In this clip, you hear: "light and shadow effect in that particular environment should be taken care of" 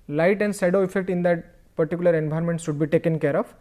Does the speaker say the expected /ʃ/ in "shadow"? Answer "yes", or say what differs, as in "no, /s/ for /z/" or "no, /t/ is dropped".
no, /s/ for /ʃ/